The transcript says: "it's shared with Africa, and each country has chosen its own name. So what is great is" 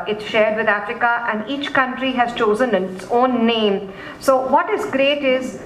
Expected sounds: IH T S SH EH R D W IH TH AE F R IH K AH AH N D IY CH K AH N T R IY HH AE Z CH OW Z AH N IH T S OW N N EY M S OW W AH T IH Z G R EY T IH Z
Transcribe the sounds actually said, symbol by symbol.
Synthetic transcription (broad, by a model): IH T S SH EH R D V IH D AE F R IH K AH AH N D IY CH K AH N T R IY HH AE Z CH OW Z AH N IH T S OW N N EY M S OW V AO T IH Z G R EY T IH Z